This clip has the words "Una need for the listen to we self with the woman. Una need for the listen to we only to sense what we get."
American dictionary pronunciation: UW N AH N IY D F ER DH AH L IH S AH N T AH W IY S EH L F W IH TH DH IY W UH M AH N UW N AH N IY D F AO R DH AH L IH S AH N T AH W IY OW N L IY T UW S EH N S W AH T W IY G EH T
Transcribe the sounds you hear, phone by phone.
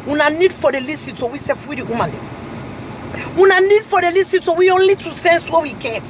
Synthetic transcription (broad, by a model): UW N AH N IY D F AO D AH L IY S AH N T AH W IY S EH F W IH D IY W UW M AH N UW N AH N IY D F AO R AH L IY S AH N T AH W IY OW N L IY T UW S EH N S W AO W IY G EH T